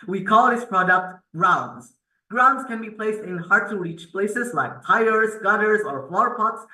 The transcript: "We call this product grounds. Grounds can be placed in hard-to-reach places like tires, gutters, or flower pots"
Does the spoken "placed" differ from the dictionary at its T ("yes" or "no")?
no